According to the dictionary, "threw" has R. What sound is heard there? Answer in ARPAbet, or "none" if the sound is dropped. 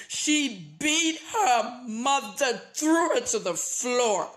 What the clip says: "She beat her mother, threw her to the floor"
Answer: R